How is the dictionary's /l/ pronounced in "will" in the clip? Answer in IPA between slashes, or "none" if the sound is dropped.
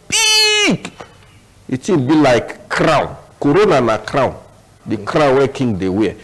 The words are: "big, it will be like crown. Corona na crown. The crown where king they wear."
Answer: /n/